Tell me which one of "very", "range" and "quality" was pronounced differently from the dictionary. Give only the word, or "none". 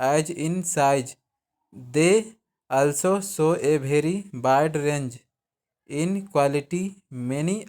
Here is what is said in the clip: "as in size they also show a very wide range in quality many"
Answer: very